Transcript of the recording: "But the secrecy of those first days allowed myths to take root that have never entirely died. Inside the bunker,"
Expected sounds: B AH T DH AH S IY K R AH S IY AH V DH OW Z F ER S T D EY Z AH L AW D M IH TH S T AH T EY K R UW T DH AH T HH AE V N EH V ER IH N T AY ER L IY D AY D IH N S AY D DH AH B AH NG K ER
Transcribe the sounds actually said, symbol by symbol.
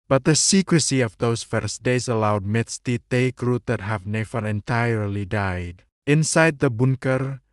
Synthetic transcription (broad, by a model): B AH T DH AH S IY K R AH S IY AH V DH OW S F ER S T D EY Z AH L AW D M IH T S T AH T EY K R UW T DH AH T HH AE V N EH F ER IH N T AY ER L IY D AY D IH N S AY D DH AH B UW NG K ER